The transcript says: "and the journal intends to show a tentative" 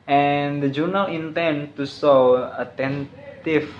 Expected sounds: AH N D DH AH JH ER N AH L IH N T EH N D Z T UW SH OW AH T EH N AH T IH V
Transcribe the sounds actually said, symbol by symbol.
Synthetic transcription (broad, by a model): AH N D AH JH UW N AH L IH N T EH N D T UW S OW AH T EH N T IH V